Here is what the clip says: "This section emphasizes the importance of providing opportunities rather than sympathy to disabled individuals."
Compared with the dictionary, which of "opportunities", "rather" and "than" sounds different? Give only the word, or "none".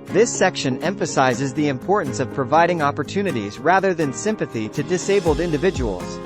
none